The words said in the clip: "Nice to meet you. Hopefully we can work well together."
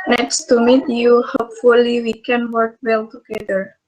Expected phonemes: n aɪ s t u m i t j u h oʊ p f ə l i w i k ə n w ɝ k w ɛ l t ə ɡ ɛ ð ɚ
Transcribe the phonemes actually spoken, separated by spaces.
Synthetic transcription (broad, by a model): n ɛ s t u m i t j u h oʊ p f ə l i w i k ə n w ɝ k w ɛ l t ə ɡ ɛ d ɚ